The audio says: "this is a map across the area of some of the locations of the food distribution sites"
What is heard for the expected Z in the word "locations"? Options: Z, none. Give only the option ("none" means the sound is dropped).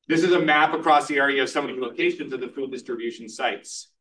Z